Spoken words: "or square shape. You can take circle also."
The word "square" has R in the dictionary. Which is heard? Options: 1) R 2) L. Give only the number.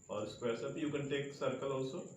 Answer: 1